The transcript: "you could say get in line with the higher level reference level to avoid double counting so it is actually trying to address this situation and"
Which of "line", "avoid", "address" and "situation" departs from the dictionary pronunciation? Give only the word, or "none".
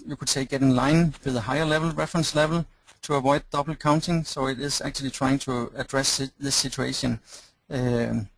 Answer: situation